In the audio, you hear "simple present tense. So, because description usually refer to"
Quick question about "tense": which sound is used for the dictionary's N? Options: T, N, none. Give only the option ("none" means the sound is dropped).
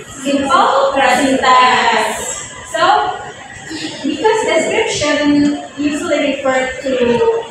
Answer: none